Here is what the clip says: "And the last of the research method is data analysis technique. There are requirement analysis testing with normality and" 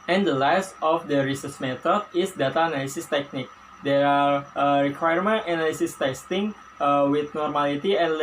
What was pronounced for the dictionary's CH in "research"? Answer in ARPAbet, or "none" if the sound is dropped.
S